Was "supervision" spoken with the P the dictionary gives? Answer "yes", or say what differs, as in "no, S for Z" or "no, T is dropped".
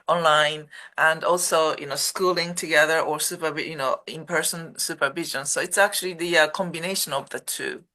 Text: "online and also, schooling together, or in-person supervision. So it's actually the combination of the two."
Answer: yes